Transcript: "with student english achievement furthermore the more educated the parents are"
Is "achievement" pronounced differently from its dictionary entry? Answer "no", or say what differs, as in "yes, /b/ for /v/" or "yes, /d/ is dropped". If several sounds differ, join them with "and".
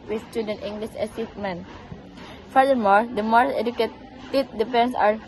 yes, /s/ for /tʃ/